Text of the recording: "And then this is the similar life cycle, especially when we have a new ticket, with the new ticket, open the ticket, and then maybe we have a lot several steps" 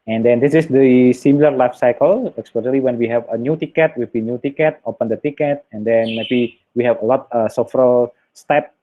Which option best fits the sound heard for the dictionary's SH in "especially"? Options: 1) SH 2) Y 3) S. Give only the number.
3